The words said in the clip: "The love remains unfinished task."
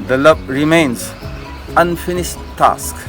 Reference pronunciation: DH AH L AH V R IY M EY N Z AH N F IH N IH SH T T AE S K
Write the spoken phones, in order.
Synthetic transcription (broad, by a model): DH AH L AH B R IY M EY N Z AH N F IH N IH SH T T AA S K